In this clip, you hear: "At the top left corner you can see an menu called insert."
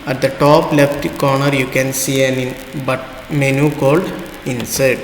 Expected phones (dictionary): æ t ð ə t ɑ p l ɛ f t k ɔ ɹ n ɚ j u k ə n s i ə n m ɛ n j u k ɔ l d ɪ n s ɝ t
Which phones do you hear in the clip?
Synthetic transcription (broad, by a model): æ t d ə t ɑ p l ɛ f t k ɔ ɹ n ɚ j u k ə n s i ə n m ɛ n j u k ɔ l d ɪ n s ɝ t